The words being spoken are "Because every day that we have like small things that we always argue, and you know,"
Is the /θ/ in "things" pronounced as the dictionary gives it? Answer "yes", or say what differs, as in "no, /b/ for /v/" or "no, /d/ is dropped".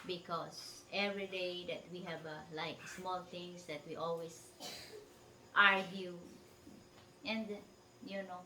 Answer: no, /t/ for /θ/